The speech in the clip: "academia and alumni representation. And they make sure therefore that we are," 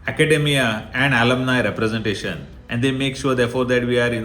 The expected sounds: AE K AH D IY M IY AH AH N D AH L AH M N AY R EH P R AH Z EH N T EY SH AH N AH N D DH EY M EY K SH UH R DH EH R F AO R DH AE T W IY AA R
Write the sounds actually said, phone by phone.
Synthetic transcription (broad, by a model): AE K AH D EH M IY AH AH N D AH L AH M N AY R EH P R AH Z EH N T EY SH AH N AH N D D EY M EY K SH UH R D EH R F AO R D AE T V IY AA R